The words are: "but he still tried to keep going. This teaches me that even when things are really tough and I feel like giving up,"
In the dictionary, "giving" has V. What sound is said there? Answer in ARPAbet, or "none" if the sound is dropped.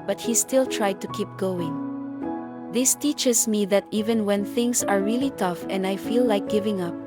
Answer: V